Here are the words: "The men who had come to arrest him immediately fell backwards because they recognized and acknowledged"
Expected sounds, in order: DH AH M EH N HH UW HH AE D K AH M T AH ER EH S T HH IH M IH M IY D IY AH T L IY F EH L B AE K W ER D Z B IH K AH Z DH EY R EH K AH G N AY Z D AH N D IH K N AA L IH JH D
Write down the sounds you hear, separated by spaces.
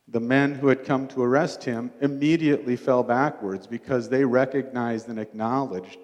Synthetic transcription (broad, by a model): DH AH M EH N HH UW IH D K AH M T AH ER EH S T HH IH M IH M IY D IY AH T L IY F EH L B AE K W ER D Z B IH K AH Z DH EY R EH K AH G N AY Z D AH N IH K N AA L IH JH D